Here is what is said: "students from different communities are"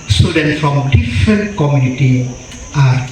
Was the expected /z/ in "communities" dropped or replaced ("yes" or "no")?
yes